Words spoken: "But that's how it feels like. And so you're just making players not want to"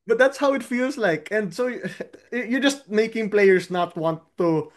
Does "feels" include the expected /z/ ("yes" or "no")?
no